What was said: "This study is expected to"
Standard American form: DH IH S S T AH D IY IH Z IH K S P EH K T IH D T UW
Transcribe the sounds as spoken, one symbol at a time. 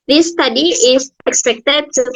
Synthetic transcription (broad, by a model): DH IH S S T AH D IY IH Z IH K S P EH K T IH D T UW